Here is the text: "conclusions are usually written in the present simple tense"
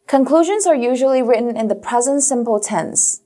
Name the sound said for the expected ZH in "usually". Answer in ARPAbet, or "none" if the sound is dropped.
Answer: ZH